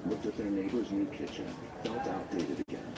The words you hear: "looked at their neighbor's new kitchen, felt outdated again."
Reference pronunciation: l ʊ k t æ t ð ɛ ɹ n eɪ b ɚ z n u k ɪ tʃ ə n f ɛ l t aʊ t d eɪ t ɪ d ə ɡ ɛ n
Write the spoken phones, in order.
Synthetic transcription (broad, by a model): l ʊ k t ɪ t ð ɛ ɹ n eɪ b ɚ z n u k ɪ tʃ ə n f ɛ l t aʊ t d eɪ t ɪ d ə ɡ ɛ n